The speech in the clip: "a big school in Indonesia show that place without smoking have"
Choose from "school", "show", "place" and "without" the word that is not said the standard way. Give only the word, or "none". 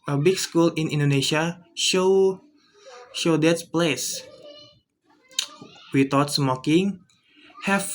without